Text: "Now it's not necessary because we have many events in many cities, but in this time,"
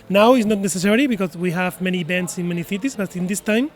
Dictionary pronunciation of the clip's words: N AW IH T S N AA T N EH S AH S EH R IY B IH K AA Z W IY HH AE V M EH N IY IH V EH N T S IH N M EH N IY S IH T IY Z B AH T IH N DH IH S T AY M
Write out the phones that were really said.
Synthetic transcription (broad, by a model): N AW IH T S N AA T N EH S AH S EH R IY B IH K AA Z W IY HH AE V M EH N IY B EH N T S IH N M EH N IY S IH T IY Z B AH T IH N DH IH S T AY M